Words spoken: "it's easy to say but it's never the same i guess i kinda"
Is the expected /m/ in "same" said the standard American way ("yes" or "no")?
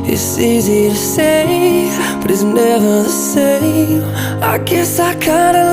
no